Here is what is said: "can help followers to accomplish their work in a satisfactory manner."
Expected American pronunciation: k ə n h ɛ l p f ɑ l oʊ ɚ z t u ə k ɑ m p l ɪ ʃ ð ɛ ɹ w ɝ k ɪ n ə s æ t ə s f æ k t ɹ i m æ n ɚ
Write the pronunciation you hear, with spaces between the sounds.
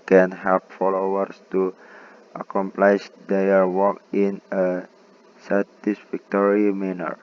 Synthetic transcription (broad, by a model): k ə n h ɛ p f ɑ l oʊ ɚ s t u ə k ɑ m p l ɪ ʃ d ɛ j w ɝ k ɪ n ə s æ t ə s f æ k t ɹ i m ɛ n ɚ